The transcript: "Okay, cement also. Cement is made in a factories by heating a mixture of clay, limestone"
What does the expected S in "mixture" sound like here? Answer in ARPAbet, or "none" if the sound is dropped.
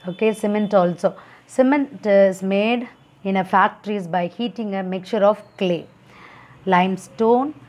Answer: none